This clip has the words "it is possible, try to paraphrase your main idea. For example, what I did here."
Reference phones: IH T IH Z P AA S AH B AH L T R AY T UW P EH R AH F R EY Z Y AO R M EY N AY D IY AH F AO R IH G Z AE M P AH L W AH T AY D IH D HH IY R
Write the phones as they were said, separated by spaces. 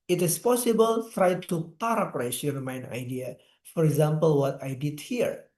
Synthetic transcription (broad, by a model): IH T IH S P AA S AH B AH L T R AY T UW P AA R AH P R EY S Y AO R M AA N AY D IY AH F AO R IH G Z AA M P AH L W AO T AY D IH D HH IY R